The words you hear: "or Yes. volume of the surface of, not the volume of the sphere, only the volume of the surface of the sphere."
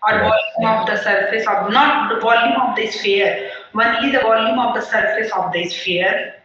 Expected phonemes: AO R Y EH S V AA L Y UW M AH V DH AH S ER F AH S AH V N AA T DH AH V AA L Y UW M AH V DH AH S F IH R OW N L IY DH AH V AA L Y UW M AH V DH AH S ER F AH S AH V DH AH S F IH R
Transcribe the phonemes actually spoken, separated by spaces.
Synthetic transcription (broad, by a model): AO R V AA L Y UW M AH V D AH S ER F AH S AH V N AA T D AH V AA L Y UW M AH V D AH S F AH R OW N IY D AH V AA L Y UW M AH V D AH S ER F AH S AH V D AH S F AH R